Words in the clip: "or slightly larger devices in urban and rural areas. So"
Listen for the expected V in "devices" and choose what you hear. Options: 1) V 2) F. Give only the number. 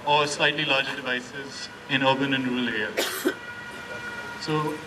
1